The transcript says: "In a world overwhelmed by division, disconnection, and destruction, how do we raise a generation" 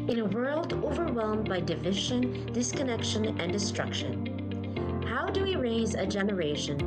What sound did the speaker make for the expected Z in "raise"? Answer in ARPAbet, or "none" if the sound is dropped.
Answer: Z